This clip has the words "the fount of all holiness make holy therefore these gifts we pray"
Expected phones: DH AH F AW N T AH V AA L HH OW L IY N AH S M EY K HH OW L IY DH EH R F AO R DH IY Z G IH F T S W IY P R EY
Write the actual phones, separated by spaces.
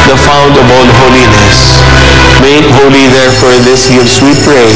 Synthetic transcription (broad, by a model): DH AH F AW N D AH B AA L HH OW L IY N AH S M EY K HH OW L IY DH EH R F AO R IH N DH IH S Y S W IY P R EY